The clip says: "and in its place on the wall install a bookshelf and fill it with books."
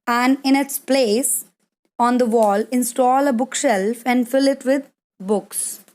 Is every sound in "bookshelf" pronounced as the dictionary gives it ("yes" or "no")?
yes